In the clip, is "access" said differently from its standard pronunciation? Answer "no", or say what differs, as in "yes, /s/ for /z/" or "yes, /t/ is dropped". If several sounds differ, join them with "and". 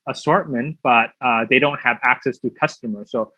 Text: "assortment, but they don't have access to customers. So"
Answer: no